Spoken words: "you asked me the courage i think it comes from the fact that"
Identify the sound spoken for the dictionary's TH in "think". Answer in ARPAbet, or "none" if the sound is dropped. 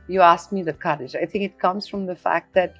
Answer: TH